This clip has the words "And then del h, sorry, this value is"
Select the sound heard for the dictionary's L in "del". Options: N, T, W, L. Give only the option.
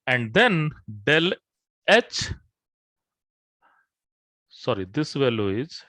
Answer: L